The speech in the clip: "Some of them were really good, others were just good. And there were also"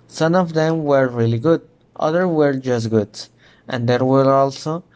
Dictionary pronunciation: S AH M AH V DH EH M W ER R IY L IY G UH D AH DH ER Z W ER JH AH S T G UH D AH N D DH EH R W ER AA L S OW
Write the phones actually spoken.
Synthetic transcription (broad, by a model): S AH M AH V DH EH M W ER R IY L IY G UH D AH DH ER W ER JH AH S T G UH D AH N D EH R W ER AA L S OW